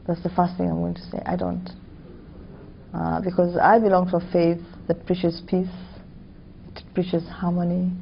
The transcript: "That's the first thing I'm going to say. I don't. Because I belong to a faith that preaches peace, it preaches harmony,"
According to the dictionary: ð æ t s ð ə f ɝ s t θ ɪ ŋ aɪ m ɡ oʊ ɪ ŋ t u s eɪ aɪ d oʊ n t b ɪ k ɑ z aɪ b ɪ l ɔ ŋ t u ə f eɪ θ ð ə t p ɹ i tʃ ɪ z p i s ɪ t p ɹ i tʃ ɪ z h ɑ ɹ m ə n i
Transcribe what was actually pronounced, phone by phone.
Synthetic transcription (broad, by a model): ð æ t s ð ə f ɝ s t θ ɪ ŋ aɪ m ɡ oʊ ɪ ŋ t u s eɪ aɪ d oʊ n t b ɪ k ɑ z aɪ b ɪ l ɔ ŋ t u ə f eɪ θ ð ə t p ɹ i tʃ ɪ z p i s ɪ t p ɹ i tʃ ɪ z h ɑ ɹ m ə n i